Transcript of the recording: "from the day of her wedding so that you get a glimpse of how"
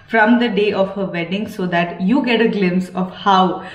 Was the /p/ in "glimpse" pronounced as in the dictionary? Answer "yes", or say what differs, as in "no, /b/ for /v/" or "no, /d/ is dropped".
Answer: no, /p/ is dropped